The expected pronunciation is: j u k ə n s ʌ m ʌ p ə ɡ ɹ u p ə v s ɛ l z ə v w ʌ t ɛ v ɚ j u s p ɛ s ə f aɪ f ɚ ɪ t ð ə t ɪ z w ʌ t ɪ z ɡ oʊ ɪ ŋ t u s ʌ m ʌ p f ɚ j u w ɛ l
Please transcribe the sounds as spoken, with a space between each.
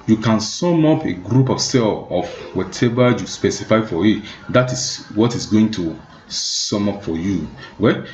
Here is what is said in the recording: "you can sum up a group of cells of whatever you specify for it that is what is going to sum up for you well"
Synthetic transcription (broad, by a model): j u k ə n s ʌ m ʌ p ə ɡ ɹ u p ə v s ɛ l ə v w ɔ t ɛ v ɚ j u s p ɛ s ə f aɪ f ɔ ɪ t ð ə t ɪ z w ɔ t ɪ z ɡ oʊ ɪ ŋ t u s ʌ m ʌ p f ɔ j u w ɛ